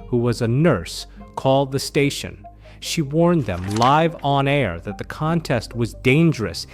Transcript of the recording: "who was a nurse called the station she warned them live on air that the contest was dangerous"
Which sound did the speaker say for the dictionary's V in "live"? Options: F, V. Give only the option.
V